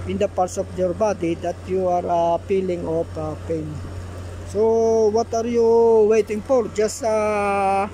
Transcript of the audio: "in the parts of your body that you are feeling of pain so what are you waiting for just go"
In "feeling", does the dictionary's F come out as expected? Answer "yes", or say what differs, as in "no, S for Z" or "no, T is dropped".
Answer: no, P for F